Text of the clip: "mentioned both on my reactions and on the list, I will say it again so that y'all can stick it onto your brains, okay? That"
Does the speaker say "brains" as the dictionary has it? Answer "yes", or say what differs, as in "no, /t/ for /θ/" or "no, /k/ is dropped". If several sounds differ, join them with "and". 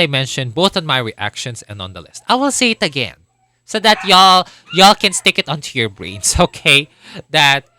no, /s/ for /z/